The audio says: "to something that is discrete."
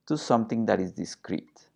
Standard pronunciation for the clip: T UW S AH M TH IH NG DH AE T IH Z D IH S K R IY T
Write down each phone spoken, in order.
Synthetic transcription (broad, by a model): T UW S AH M T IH NG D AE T IH Z D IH S K R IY T